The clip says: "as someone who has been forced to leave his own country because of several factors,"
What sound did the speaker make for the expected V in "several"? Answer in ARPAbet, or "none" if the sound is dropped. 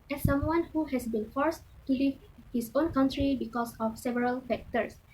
V